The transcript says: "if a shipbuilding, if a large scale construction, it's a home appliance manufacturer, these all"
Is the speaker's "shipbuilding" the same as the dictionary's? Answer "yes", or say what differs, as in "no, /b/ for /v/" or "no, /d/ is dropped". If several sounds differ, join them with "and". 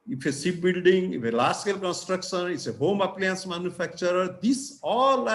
no, /s/ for /ʃ/